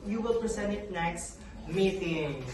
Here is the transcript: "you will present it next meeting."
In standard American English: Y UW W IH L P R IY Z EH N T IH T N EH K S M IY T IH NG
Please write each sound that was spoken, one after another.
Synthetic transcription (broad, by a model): Y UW W IH L P R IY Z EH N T IH T N EH K S M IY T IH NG